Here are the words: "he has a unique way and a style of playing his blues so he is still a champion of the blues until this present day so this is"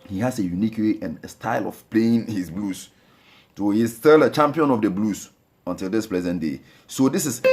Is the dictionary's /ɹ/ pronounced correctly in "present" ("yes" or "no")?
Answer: no